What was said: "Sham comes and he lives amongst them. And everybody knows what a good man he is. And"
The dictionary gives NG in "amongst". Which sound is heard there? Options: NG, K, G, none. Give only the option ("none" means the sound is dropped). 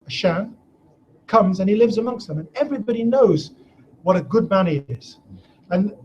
NG